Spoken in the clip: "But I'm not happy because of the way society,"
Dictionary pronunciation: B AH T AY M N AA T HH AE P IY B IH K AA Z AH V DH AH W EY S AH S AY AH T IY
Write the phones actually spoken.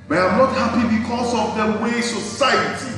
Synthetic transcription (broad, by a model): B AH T AY M N AA T HH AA P IY B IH K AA S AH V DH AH W EY S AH S AY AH T IY